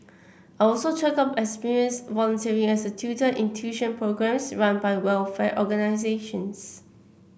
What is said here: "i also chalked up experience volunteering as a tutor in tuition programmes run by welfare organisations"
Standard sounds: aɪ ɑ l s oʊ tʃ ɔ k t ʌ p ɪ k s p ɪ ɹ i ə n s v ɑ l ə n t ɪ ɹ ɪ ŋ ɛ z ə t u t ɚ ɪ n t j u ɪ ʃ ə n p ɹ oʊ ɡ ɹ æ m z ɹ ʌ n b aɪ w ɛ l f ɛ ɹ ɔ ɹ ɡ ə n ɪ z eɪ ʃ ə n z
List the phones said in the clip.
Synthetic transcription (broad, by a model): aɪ ɑ l s oʊ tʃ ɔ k ʌ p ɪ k s p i ɹ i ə n s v ɑ l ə n t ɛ ɹ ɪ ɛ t ə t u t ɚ ɪ n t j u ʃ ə n p ɹ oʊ ɡ ɹ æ m s ɹ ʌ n b aɪ w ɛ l f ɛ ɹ ɔ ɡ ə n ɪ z eɪ ʃ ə n s